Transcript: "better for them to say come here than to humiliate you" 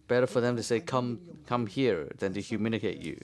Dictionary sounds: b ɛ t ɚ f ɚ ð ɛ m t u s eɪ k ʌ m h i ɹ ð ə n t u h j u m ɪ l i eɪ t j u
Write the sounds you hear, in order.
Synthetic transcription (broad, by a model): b ɛ t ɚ f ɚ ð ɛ m t u s eɪ k ʌ m h i ɹ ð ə n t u h j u m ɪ n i eɪ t j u